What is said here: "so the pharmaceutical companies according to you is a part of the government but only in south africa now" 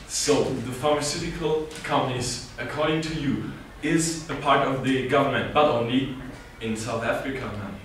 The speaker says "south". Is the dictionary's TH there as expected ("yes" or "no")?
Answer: yes